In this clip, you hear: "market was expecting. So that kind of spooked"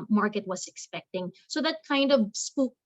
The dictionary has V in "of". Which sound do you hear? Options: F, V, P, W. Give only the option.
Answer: V